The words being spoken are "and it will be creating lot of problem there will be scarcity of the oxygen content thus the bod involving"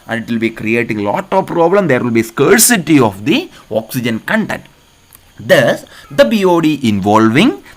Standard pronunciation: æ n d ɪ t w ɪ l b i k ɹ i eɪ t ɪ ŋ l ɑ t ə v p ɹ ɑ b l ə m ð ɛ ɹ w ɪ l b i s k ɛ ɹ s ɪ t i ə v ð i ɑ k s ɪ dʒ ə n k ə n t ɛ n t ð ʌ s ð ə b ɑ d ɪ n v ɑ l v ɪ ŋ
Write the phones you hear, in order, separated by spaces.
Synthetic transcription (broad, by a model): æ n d ɪ t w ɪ l b i k ɹ i eɪ t ɪ ŋ l ɑ t ə v p ɹ ɑ b l ə m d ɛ ɹ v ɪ l b i s k ɛ ɹ s ɪ t i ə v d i ɑ k s ɪ dʒ ə n k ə n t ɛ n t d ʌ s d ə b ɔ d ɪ n v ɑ l v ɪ ŋ